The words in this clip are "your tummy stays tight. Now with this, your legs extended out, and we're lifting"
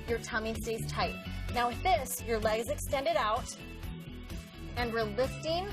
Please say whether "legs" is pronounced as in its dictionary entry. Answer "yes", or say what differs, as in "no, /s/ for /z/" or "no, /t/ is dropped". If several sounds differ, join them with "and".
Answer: yes